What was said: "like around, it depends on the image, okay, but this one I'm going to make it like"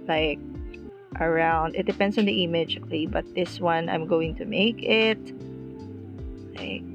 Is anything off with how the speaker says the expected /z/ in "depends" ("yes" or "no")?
yes